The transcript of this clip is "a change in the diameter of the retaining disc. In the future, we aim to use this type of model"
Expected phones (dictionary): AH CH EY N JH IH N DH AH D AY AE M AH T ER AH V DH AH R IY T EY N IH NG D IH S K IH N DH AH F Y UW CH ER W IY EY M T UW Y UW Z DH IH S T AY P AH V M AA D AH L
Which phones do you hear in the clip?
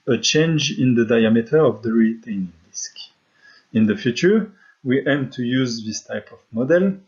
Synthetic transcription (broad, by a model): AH CH EY N JH IH N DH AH D AY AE M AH T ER AH V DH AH R IY T EY N IH NG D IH S K IH N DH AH F Y UW CH ER W IY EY M T UW Y UW Z DH IH S T AY P AH V M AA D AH L